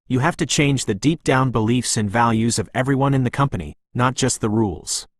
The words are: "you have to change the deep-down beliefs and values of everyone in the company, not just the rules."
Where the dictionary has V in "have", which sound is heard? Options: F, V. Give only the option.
F